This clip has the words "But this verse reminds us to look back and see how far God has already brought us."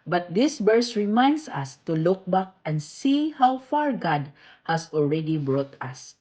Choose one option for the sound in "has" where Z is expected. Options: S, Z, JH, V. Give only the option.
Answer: S